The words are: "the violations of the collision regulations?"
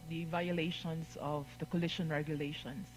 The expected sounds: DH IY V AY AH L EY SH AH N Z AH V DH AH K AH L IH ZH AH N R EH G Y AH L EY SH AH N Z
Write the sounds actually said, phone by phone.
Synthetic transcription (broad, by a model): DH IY V AY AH L EY SH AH N S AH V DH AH K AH L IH SH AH N R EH G Y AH L EY SH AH N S